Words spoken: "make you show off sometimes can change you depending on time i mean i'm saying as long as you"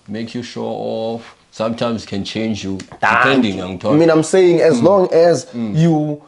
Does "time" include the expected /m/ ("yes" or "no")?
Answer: no